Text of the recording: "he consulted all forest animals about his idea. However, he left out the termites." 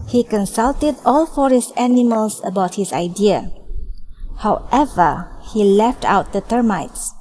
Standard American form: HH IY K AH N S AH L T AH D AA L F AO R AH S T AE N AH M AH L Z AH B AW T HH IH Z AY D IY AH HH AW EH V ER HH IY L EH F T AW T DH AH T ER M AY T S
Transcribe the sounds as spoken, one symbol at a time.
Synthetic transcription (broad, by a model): HH IY K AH N S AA L T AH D AA L F AO R AH S T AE N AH M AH L S AH B AW T HH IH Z AY D IY AH HH AW EH V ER HH IY L EH F T AW T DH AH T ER M AY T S